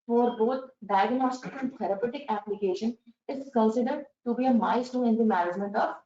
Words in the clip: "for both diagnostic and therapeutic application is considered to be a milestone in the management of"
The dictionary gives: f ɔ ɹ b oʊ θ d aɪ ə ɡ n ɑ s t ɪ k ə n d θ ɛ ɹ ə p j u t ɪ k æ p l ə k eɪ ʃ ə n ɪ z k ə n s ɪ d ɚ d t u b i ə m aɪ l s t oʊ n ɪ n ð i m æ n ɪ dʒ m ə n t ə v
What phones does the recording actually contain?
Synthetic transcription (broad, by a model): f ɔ ɹ b oʊ t d aɪ ə ɡ n ɑ s t ɪ k ə n d t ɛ ɹ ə p j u t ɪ k æ p l ə k eɪ ʃ ə n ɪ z k ə n s ɪ d ɚ d t u b i ə m aɪ s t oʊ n ɪ n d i m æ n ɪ dʒ m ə n t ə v